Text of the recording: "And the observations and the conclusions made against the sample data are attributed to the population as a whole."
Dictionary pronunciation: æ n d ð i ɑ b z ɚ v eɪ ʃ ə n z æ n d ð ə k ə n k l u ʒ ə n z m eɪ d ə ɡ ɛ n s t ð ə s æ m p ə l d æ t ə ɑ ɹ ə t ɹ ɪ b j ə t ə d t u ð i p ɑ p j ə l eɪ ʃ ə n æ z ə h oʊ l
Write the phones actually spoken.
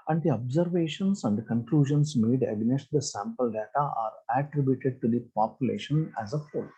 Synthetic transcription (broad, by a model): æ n d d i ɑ b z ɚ v eɪ ʃ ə n s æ n d k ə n k l u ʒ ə n s m eɪ d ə ɡ n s t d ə s æ m p ə l d æ t ə ɑ ɹ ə t ɹ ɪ b j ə t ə d t u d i p ɑ p j ə l eɪ ʃ ə n æ z ə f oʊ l